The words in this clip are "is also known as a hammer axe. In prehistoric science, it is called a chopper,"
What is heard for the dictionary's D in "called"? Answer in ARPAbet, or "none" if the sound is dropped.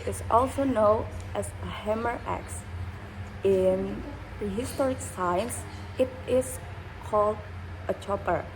D